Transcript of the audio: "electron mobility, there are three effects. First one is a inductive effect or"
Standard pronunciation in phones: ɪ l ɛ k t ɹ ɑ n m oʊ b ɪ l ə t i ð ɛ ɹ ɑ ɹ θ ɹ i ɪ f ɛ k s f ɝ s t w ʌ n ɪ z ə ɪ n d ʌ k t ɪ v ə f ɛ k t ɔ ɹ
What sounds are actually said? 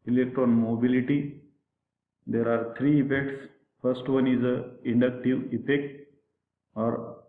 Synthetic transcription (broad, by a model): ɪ l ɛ k t ɹ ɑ n m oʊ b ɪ l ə t i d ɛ ɹ ɑ ɹ t ɹ i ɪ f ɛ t s f ɝ s t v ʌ n ɪ z ə ɪ n d ʌ k t ɪ v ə p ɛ k ɔ ɹ